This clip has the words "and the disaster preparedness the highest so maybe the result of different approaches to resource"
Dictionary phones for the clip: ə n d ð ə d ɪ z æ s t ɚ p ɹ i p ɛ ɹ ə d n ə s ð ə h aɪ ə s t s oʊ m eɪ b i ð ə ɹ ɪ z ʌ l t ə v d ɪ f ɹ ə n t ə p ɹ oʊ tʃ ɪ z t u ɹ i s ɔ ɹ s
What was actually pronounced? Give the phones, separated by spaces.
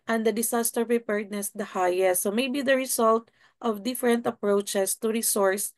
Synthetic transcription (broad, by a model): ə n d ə d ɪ s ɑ s t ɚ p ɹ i p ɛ ɹ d n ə s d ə h aɪ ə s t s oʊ m eɪ b i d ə ɹ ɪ s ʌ l t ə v d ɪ f ɹ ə n t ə p ɹ oʊ tʃ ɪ s t u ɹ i s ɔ ɹ s